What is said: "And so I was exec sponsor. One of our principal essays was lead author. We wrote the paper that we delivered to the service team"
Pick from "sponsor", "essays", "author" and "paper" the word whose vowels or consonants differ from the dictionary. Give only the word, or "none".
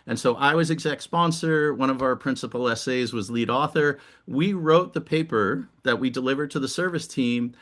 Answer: none